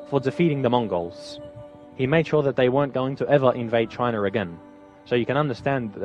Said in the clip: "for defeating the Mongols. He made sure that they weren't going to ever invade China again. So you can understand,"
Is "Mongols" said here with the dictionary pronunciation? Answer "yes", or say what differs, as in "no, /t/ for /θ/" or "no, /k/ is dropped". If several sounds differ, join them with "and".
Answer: yes